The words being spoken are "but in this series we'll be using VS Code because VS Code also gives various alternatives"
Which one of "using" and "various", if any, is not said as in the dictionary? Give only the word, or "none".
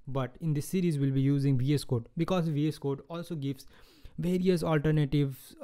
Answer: none